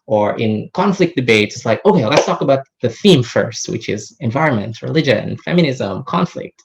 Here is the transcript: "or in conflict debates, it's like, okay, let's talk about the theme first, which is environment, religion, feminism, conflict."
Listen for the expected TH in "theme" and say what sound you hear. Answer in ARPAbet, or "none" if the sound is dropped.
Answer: TH